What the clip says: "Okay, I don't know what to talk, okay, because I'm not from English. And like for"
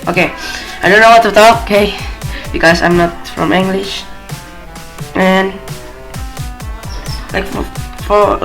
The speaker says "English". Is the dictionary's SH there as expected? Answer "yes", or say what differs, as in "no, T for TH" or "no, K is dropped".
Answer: yes